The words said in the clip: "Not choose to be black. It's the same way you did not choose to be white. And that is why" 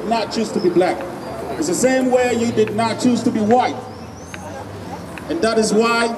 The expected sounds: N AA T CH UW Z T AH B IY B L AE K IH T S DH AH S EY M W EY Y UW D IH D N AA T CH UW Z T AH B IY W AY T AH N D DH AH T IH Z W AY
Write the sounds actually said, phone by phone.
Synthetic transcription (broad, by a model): N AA T CH UW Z T AH B IY B L AE K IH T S DH AH S EY M W EY Y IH D IH D N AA T CH UW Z T AH B IY W AY T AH N DH AH T IH Z W AY